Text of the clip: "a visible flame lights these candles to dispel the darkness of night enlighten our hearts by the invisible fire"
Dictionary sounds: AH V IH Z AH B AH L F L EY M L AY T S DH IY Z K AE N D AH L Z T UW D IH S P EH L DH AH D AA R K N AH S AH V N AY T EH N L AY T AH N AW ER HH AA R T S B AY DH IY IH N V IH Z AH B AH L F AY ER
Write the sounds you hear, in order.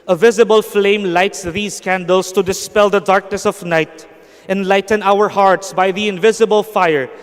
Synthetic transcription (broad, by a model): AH V IH Z AH B AH L F L EY M L AY T S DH IY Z K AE N D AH L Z T UW D IH S P EH L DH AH D AA R K N AH S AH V N AY T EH N L AY T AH N AW ER HH AA R T S B AY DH IY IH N V IH Z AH B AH L F AY ER